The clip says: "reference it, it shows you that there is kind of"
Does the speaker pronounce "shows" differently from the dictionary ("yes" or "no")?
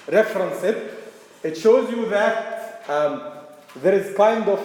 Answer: no